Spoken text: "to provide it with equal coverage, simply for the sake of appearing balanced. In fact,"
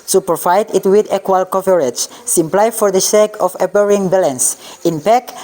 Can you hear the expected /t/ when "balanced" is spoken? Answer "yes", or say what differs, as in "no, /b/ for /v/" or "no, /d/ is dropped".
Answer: no, /t/ is dropped